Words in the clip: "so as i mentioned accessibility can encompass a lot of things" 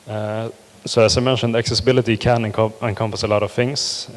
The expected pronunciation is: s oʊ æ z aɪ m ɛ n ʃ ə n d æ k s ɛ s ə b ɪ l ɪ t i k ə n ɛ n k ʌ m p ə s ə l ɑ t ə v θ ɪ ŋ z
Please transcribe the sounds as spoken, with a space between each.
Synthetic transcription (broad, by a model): s oʊ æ s aɪ m ɛ n ʃ ə n d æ k s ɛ s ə b ɪ l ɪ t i k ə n ɛ n k ʌ m p ə s ə l ɑ t ə v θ ɪ ŋ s